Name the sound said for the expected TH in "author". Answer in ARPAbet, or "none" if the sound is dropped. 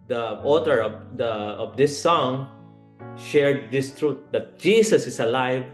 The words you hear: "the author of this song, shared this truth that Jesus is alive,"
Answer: T